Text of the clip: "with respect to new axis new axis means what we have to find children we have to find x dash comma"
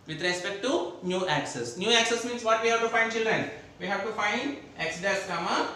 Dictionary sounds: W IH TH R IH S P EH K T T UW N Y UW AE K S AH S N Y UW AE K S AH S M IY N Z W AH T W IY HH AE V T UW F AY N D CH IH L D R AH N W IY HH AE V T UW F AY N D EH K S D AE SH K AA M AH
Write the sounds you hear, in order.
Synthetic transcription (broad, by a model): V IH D R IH S P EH K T T UW N Y UW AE K S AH S N Y UW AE K S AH S M IY N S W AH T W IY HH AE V T UW F AY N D CH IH L D R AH N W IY HH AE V T UW F AY N D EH K S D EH S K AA M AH